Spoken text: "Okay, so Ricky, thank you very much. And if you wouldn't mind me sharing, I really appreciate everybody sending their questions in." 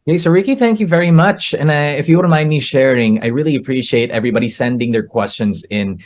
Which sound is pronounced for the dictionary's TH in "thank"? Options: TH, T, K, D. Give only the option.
TH